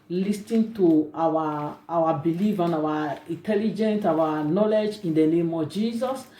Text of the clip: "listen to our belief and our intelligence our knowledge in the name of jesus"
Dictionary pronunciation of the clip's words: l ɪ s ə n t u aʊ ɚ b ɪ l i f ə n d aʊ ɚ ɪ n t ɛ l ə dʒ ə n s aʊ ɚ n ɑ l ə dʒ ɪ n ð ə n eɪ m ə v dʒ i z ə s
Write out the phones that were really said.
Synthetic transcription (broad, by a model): l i s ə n t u aʊ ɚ b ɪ l i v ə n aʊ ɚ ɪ n t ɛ l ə dʒ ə n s aʊ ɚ n ɑ l ə dʒ ɪ n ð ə n eɪ m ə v dʒ i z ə s